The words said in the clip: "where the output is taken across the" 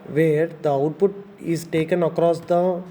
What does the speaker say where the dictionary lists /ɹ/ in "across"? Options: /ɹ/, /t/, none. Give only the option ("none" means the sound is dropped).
/ɹ/